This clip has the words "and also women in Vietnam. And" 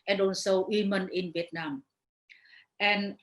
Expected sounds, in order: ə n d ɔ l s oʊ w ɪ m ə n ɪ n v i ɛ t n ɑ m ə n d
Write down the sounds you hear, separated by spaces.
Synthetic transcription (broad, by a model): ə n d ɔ n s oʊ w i m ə n ɪ n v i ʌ t n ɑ m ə n